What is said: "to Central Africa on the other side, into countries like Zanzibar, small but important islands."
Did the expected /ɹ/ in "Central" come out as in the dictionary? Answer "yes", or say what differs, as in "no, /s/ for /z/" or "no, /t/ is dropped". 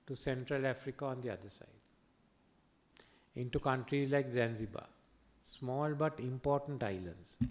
yes